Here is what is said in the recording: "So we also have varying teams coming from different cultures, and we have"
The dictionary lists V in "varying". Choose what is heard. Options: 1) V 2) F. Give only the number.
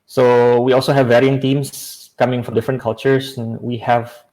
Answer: 1